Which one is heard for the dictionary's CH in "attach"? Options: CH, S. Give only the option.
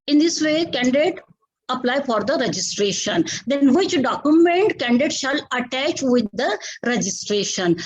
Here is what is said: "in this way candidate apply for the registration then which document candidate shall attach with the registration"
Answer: CH